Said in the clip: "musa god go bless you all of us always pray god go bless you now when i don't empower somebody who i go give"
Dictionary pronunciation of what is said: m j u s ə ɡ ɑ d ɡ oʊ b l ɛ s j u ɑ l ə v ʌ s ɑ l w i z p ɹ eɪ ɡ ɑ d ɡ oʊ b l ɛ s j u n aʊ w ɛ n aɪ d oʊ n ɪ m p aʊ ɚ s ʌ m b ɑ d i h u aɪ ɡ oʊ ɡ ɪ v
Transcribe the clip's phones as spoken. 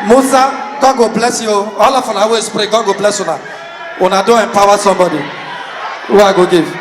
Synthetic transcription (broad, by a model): m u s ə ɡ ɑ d ɡ oʊ b l ɛ s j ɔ ɑ l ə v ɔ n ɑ w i s p ɹ eɪ ɡ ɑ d ɡ oʊ b l ɛ s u n aʊ n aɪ d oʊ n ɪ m p aʊ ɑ s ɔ m b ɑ d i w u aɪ ɡ oʊ ɡ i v